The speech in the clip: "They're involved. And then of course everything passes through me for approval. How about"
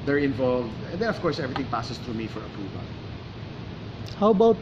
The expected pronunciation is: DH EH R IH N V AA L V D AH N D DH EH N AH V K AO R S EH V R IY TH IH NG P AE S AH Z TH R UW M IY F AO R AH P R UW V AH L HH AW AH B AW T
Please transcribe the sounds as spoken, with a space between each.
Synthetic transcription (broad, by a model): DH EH R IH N V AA L V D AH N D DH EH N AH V K AO R S EH V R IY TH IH NG P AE S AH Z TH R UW M IY F AO R AH P R UW V AH L HH AW B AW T